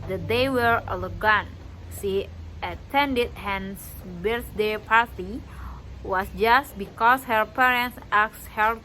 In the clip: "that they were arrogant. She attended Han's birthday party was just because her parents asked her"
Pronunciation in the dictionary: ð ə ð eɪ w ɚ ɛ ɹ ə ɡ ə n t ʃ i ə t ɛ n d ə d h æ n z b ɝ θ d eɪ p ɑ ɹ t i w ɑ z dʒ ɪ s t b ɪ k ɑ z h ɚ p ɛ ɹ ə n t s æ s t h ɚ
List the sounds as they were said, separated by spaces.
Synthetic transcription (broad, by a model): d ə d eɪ w ɚ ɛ l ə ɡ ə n ʃ i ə t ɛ n d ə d h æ n s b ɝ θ d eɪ p ɑ ɹ t i w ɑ s dʒ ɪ s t b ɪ k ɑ s h ɚ p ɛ ɹ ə n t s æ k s h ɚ